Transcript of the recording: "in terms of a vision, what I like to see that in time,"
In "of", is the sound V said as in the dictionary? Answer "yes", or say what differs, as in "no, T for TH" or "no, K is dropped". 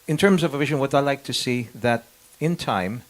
yes